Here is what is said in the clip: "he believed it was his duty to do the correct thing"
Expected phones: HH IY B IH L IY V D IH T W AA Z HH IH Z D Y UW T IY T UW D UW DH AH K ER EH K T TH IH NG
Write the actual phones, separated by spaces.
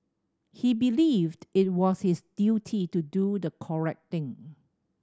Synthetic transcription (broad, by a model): HH IY B IH L IY V D IH T W AA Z HH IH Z D Y UW T IY T UW D UW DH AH K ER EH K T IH NG